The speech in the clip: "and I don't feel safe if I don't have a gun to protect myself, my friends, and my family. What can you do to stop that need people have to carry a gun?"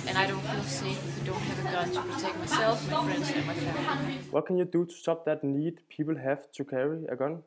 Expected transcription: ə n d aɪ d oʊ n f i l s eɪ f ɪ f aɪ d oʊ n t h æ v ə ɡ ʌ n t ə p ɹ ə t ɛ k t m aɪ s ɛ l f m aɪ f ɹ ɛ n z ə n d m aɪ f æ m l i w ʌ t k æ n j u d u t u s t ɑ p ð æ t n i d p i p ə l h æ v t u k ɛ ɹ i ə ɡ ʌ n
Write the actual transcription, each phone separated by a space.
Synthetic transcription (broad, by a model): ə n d aɪ d oʊ n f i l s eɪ ɪ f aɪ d oʊ n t h æ v ə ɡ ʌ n t ə p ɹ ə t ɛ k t m aɪ s ɛ l f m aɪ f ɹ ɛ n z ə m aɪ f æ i w ʌ t k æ n j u d u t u s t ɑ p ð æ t n i d p i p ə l h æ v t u k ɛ ɹ i ə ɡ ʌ n